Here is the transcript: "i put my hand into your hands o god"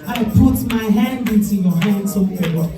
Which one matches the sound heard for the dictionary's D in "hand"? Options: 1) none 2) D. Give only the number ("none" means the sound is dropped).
2